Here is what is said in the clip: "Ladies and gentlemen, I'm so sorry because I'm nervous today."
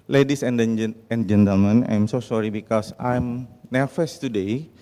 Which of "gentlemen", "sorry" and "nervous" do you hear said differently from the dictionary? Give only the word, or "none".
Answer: nervous